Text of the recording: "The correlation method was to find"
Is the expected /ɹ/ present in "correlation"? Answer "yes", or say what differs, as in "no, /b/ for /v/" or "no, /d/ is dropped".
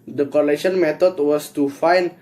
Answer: no, /l/ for /ɹ/